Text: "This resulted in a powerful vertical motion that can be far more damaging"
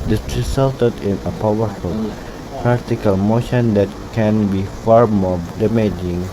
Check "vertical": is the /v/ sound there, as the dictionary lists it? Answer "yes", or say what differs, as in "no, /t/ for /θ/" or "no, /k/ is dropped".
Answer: no, /p/ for /v/